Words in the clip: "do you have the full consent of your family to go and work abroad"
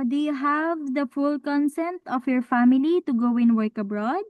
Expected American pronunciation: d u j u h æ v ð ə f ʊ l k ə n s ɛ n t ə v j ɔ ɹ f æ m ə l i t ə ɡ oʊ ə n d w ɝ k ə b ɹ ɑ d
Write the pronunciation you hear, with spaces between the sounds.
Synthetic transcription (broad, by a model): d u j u h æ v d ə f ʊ l k ə n s ɛ n t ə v j ɔ ɹ f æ m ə l i t ə ɡ oʊ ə n w ɝ k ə b ɹ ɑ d